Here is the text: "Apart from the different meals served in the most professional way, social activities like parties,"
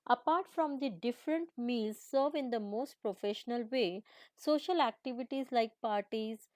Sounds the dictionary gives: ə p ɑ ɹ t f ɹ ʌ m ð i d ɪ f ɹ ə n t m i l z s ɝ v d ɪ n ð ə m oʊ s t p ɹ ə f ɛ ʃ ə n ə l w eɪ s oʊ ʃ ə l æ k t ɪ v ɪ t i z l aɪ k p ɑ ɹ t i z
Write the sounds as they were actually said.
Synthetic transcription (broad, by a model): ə p ɑ ɹ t f ɹ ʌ m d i d ɪ f ɹ ə n t m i l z s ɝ v ɪ n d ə m oʊ s t p ɹ ə f ɛ ʃ ə n ə l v eɪ s oʊ ʃ ə l æ k t ɪ v ɪ t i z l aɪ k p ɑ ɹ t i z